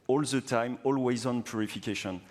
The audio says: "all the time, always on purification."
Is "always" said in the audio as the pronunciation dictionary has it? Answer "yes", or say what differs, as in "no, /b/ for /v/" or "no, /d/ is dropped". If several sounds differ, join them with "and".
yes